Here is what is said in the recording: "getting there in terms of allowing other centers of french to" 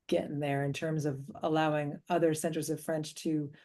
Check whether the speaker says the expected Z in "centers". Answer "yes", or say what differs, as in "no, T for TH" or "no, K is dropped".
yes